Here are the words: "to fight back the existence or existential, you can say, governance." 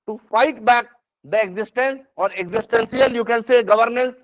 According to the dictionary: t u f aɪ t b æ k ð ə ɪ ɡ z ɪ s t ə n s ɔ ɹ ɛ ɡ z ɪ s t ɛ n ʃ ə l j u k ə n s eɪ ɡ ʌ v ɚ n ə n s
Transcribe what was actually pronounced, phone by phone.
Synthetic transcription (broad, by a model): t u f aɪ t b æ k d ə ɪ ɡ z ɪ s t ə n s ɔ ɹ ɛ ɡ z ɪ s t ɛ n s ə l j u k ə n s eɪ ɡ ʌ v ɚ n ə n s